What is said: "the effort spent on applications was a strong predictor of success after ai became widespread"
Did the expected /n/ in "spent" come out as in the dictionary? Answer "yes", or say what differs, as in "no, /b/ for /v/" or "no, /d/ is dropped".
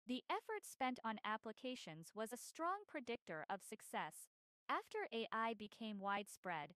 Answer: yes